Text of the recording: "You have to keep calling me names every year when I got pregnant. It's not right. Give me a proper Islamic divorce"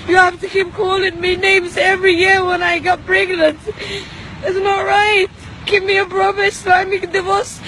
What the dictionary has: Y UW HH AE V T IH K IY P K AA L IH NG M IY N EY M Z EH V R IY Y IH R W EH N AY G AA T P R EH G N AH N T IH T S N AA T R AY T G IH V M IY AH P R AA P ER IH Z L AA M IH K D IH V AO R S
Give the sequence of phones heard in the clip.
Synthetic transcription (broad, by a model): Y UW HH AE F T IH K IY P K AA L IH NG M IY N EY M Z EH V R IY Y IH R W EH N AY G AA T B R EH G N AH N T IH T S N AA T R AY T G IH V M IY AH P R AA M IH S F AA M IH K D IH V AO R S